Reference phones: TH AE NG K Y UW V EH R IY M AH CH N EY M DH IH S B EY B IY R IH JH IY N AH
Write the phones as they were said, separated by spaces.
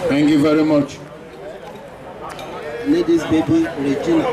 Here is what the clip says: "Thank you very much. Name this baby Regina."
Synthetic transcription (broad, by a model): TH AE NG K Y UW V EH R IY M AH CH L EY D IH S B EY B IY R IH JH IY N